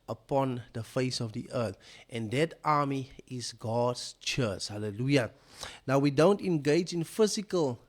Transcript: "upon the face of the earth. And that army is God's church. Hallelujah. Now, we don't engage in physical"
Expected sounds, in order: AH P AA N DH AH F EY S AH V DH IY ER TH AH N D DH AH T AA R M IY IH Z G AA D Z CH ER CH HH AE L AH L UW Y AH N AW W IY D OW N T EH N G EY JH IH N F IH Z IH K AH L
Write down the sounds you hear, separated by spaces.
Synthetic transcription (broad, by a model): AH P AA N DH AH F EY S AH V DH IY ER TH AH N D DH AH T AA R M IY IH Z G AA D S CH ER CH HH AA L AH L UW Y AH N AW W IY D OW N T EH N G EY JH IH N F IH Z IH K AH L